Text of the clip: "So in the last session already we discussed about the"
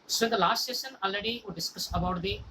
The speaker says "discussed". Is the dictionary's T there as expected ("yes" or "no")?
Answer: no